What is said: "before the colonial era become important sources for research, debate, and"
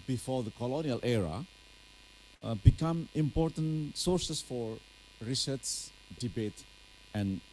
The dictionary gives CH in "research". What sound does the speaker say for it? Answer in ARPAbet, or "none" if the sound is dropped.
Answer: S